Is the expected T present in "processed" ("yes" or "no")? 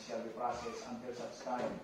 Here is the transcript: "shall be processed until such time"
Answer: no